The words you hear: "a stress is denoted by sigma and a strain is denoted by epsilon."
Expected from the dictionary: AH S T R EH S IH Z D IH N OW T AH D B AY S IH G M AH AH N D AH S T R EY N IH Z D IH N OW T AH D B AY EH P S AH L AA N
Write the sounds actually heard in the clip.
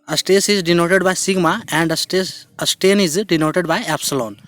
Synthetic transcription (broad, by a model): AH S T EH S IH Z D IH N OW T AH D B AY S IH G M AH AH N D AH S T EY N IH Z D IH N OW T AH D B AY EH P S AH L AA N